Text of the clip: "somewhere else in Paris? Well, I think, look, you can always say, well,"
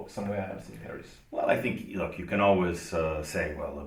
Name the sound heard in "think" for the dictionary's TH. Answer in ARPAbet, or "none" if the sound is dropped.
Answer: TH